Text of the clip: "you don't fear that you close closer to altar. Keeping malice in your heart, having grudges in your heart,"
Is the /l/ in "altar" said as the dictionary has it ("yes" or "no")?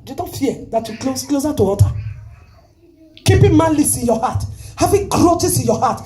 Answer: no